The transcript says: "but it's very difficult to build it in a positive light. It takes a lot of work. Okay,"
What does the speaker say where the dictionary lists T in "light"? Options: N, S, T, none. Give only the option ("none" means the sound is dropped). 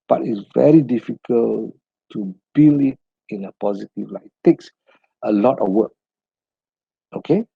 none